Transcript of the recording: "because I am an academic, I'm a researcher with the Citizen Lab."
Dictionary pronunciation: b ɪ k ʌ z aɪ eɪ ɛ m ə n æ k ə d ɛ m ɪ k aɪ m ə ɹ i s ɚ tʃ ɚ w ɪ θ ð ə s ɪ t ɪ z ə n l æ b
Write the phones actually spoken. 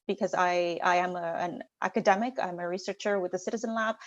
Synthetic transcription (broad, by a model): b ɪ k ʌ z aɪ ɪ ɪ m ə n æ k ə d ɛ m ɪ k aɪ m ə ɹ i s ɚ tʃ ɚ w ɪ ð ə s ɪ t ɪ z ə n l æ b